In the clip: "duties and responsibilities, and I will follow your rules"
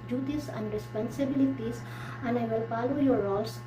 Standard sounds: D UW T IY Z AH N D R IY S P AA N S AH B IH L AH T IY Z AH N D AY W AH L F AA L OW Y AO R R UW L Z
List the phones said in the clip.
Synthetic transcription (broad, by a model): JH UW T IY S AH N D R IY S P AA N S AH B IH L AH T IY S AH N AY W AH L P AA L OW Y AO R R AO L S